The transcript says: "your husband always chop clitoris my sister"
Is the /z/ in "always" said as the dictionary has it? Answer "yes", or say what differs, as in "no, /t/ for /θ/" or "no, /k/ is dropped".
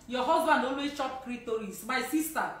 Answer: no, /z/ is dropped